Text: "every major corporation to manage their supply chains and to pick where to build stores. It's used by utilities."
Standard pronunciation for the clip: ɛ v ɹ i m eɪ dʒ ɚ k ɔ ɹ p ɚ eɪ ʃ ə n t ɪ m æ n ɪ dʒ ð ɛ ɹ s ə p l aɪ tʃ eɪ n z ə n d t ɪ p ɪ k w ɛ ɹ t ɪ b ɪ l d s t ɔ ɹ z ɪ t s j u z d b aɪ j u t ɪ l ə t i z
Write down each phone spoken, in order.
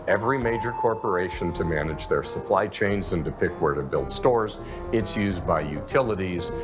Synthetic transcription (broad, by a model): ɛ v ɹ i m eɪ dʒ ɚ k ɔ ɹ p ɚ eɪ ʃ ə n t ɪ m æ n ɪ dʒ ð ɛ ɹ s ə p l aɪ tʃ eɪ n z ə n d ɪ p ɪ k w ɛ ɹ t ɪ b ɪ l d s t ɔ ɹ z ɪ t s j u z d b aɪ j u t ɪ l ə t i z